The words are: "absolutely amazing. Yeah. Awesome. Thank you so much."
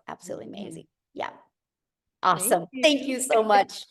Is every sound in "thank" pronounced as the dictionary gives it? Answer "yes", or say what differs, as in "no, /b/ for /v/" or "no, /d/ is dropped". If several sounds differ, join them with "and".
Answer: yes